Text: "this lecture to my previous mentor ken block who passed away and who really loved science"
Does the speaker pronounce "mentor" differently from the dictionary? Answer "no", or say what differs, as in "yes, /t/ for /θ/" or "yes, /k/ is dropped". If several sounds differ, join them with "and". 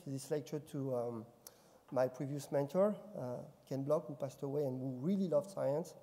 no